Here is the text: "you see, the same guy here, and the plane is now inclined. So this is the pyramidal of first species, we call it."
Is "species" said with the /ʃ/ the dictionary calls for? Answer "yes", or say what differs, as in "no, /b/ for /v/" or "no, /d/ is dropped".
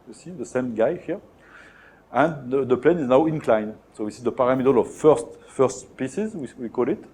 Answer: no, /s/ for /ʃ/